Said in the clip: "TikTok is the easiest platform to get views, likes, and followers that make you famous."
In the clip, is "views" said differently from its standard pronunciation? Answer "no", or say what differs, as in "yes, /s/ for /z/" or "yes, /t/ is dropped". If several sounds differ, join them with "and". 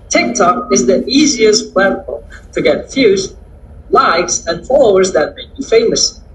yes, /f/ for /v/